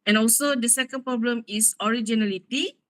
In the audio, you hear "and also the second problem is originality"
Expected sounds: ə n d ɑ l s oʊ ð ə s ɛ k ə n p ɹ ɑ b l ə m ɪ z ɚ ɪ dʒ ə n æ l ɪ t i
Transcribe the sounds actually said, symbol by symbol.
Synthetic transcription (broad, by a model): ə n ɑ l s oʊ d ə s ɛ k ə n p ɹ ɑ b l ə m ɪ s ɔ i dʒ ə n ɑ l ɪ t i